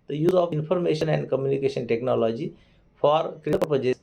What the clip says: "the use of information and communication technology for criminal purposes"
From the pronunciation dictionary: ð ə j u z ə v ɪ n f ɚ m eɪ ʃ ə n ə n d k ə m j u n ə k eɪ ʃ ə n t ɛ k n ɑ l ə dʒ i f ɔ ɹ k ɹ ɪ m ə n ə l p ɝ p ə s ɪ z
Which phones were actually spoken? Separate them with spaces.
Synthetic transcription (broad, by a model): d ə j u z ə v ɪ n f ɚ m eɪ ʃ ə n ə n d k ə m j u n ə k eɪ ʃ ə n t ɛ k n ɑ l ə dʒ i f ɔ ɹ k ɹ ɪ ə ə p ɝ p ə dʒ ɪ